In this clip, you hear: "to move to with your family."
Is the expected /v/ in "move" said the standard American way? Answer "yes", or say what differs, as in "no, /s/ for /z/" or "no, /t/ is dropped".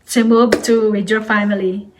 no, /b/ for /v/